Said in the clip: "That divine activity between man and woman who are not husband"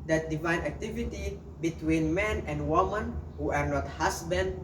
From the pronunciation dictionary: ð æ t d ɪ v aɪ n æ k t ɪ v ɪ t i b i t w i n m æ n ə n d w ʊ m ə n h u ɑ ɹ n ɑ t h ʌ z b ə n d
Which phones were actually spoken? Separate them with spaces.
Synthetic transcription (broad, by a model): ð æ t d ɪ v aɪ n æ k t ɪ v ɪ t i b i t w i n m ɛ n ə n d w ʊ m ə n h u ɑ ɹ n ɑ t h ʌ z b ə n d